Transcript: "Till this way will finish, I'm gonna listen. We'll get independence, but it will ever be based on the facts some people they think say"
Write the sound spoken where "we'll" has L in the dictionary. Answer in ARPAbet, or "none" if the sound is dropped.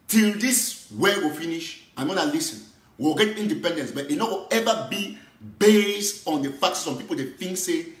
W